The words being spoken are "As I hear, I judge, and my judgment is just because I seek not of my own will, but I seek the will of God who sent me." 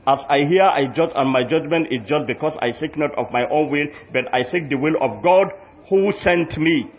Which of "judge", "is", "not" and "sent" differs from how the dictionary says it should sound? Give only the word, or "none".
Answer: is